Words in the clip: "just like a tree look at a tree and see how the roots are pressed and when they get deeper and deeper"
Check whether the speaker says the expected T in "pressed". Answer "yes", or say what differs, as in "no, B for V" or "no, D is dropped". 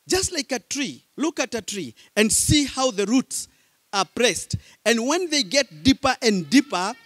yes